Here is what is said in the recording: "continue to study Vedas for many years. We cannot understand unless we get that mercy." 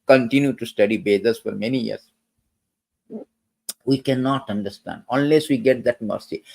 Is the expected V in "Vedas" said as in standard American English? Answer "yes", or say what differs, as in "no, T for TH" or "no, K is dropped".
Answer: no, B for V